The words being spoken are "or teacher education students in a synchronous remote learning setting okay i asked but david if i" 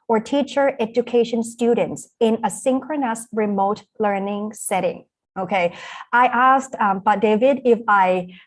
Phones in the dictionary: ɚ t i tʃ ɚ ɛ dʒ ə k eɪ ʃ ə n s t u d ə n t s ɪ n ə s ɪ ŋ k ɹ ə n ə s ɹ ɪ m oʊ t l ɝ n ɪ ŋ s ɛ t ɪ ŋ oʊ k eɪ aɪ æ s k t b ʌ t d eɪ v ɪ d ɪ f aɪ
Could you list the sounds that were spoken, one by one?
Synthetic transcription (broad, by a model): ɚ t i tʃ ɚ ɛ dʒ ə k eɪ ʃ ə n s t u d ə n t s ɪ n ə s ɪ ŋ k ɹ ə n ə s ɹ ɪ m oʊ t l ɝ n ɪ ŋ s ɛ t ɪ ŋ oʊ k eɪ aɪ æ s k t b ʌ t d eɪ v ɪ d ɪ f aɪ